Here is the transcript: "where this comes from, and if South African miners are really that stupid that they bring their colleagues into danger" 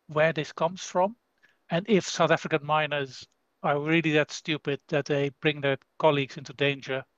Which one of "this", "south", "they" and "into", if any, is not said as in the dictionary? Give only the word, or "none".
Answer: none